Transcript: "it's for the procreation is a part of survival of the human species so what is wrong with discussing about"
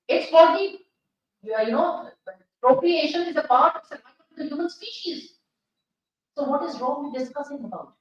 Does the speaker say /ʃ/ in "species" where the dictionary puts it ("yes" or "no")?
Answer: yes